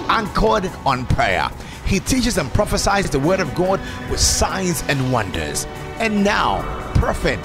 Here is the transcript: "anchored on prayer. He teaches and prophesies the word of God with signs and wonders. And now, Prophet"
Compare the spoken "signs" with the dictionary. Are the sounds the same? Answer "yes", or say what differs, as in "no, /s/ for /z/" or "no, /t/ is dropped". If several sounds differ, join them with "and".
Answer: yes